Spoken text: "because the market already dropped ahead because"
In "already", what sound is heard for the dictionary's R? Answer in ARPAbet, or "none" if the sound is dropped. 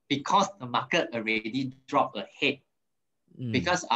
R